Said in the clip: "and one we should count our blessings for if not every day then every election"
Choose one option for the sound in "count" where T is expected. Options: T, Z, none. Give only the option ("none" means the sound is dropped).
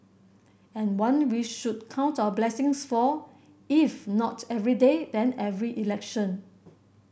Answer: T